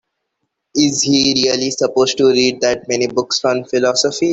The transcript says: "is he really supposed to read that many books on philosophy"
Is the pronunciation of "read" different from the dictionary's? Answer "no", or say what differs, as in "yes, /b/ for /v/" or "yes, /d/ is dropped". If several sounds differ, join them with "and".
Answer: no